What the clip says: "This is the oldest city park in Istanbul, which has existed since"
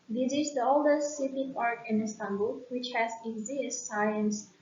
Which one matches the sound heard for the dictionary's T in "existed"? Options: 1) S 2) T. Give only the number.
1